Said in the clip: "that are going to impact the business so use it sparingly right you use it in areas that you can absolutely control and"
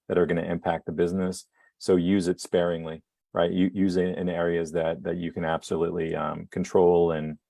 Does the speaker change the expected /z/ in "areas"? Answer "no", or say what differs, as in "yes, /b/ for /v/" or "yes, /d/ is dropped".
no